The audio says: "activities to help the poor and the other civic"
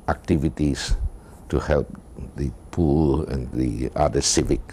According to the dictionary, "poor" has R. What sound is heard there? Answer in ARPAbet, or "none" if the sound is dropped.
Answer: L